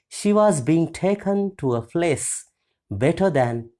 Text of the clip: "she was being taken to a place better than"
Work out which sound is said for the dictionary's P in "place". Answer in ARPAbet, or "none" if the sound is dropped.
F